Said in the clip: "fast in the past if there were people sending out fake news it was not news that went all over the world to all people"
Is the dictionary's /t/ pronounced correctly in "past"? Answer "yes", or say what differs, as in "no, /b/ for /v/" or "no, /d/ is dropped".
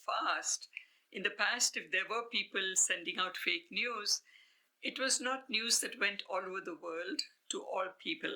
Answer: yes